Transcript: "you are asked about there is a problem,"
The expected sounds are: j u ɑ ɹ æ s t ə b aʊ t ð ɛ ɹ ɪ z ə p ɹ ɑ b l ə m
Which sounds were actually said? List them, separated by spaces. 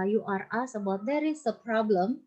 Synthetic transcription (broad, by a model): j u ɑ ɹ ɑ s ə b aʊ t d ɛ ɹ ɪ s ə p ɹ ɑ b l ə m